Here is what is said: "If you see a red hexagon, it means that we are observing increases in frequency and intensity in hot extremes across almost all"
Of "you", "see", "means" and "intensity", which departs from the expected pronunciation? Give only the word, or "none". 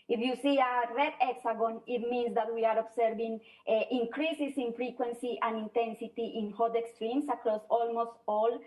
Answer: means